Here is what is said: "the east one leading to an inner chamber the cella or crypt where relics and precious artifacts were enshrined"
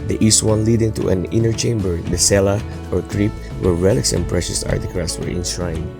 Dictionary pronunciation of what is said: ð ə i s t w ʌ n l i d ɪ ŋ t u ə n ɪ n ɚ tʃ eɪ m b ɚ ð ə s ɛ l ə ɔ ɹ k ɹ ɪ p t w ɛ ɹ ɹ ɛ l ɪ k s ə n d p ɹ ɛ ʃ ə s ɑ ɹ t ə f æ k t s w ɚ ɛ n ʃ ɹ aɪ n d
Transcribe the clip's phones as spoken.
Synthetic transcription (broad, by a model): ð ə i s t w ʌ n l i d ɪ ŋ t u ə n ɪ n ɚ tʃ eɪ m b ɚ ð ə s ɛ l ə ɔ ɹ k ɹ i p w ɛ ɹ ɹ ɛ l ɪ k s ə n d p ɹ ɛ ʃ ə s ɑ ɹ t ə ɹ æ t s w ɚ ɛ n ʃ ɹ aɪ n